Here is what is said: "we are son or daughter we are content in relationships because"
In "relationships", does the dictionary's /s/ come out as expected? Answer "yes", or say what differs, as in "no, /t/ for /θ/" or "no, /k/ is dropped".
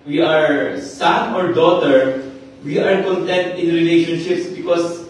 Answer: yes